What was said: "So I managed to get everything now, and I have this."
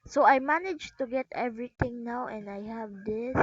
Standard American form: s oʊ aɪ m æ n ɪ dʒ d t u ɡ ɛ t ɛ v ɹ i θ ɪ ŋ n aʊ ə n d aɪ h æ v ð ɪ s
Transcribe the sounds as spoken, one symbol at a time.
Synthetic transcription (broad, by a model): s oʊ aɪ m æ n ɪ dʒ t u ɡ ɛ t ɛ v ɹ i t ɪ ŋ n aʊ ə n d aɪ h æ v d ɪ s